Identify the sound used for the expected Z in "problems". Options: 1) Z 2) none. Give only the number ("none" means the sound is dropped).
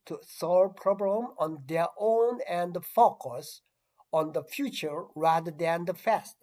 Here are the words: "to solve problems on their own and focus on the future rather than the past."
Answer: 2